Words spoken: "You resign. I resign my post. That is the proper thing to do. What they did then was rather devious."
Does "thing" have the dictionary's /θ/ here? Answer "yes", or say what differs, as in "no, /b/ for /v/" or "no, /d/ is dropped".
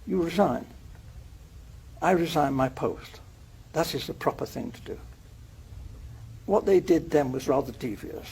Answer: yes